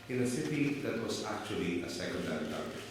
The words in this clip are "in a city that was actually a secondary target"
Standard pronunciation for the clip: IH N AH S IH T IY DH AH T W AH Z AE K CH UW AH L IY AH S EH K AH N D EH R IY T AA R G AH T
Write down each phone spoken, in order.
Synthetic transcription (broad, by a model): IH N AH S IH T IY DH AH T W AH S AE K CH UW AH L IY AH S EH K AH N D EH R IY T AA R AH